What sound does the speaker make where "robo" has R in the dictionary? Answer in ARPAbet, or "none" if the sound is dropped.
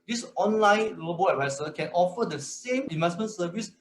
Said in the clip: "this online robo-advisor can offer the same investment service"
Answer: L